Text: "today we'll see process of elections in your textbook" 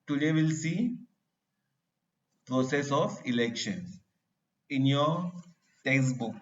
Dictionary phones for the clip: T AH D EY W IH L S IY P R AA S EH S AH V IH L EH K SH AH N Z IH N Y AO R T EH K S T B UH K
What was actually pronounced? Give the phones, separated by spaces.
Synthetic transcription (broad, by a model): T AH D EY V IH L S IY P R AA S EH S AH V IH L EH K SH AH N IH N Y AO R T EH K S B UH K